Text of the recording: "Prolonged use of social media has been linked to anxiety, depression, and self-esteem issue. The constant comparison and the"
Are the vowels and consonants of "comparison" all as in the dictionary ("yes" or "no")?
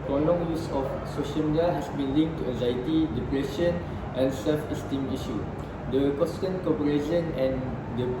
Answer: no